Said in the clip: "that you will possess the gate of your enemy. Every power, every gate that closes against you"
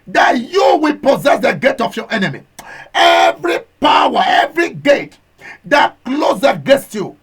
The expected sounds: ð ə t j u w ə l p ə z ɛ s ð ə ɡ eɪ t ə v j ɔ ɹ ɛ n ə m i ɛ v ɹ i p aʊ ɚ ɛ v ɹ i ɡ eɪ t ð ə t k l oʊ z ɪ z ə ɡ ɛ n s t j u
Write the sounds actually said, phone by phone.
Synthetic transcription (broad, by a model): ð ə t j u w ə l p ə z ɛ s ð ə ɡ eɪ t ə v j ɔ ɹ ɛ n ə m i ɛ v ɹ i p aʊ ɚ ɛ v ɹ i ɡ eɪ t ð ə t k l oʊ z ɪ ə ɡ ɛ n s t j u